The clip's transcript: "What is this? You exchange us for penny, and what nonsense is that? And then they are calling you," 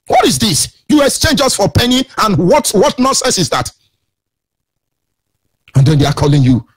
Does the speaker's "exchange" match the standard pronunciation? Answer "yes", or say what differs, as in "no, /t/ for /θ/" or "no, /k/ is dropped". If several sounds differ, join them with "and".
no, /k/ is dropped